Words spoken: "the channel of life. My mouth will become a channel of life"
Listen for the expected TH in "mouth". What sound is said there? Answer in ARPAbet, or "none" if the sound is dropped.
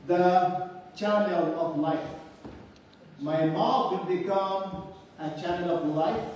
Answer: T